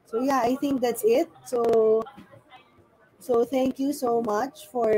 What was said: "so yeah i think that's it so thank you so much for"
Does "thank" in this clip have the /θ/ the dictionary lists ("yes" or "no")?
no